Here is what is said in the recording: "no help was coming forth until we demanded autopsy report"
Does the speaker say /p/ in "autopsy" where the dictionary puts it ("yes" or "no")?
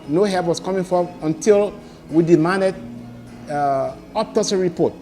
no